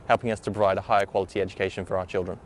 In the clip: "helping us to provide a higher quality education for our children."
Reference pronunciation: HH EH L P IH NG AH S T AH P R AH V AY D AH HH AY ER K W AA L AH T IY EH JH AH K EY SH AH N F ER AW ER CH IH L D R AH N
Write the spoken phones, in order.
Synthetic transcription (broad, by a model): HH EH L P IH NG AH S T AH B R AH IH D AH HH AY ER K W AA L AH T IY EH JH AH K EY SH AH N F ER AW ER CH IH L D R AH N